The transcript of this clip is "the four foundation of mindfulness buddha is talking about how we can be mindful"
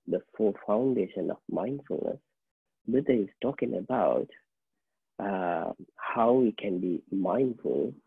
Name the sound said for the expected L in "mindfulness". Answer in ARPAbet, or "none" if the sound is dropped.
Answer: L